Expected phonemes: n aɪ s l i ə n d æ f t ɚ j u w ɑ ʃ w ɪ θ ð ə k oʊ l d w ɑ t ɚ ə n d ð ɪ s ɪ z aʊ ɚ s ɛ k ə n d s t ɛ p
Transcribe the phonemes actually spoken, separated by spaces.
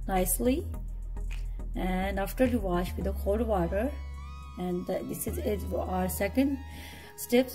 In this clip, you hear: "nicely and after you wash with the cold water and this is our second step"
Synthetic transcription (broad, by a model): n aɪ s l i ə n d æ f t ɚ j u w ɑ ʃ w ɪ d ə k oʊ d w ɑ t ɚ ə n d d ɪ s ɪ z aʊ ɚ s ɛ k ə n d s t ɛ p